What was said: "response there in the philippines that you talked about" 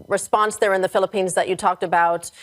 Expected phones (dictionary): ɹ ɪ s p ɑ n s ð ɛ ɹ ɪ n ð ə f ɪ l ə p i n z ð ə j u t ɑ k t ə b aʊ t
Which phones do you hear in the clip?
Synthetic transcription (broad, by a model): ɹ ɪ s p ɑ n s ð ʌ ɹ ɪ n ð ə f ɪ l ə p i n z ð ə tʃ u t ɑ k t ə b aʊ t